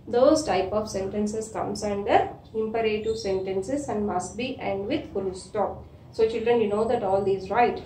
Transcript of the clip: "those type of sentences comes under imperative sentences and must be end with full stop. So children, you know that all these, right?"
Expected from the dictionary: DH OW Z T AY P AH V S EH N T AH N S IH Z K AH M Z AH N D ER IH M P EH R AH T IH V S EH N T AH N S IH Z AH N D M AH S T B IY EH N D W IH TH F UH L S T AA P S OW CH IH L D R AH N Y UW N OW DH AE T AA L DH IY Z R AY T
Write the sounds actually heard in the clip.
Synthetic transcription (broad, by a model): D OW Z T AY P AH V S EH N T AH N S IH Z K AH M S AH N D ER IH M P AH R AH T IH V S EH N T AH N S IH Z AH N D M AH S T B IY EH N D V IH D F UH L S T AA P S OW CH IH L D R AH N Y UW N OW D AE T AA L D IY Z R AY T